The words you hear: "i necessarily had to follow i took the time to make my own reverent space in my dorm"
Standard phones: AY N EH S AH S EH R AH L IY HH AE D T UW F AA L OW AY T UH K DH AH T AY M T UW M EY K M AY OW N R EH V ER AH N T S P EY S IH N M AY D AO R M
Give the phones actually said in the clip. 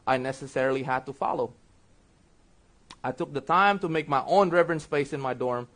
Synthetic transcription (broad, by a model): AY N EH S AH S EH R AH L IY HH AE D T UW F AA L OW AY T UH K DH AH T AY M T UW M EY K M AY OW N R EH V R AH N S F EY S IH N M AY D AO R M